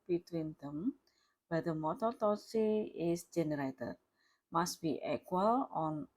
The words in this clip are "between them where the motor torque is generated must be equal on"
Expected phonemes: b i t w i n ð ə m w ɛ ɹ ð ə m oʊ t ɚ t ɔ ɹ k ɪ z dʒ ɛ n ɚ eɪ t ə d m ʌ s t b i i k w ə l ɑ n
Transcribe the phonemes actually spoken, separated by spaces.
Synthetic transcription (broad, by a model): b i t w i n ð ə m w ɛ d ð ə m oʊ t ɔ t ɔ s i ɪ s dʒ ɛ n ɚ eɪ t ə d m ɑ s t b i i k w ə l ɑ n